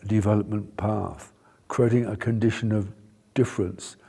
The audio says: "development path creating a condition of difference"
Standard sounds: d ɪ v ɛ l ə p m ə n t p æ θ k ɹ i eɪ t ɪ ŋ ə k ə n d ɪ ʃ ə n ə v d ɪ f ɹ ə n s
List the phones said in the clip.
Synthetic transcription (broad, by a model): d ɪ v ɛ l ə p m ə n p æ θ k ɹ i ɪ t ɪ ŋ ə k ə n d ɪ ʃ ə n ə v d ɪ f ɹ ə n s